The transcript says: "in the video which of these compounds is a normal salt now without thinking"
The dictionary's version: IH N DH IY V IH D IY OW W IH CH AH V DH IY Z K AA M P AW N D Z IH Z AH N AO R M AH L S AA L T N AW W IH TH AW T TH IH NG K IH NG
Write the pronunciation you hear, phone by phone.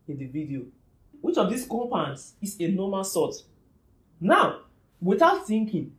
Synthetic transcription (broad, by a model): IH N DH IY V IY D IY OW W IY CH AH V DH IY S K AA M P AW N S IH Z AH N AO M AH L S AA T N AW W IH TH AW T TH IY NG K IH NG